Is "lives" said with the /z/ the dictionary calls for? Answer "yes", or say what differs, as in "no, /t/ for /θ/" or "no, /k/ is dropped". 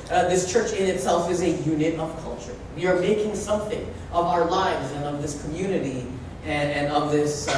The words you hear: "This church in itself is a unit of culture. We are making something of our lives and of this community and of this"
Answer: yes